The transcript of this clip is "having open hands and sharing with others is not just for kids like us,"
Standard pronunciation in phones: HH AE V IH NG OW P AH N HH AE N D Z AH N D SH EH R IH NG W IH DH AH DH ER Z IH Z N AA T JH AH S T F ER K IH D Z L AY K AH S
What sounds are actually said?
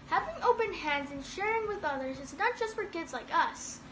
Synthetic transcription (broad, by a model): HH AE V IH NG OW P AH N HH AE N D Z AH N SH EH R IH NG W IH DH AH DH ER Z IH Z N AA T JH AH S T F ER K IH D Z L AY K AH S